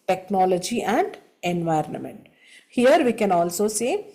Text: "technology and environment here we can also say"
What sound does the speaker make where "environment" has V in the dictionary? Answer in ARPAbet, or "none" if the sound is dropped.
V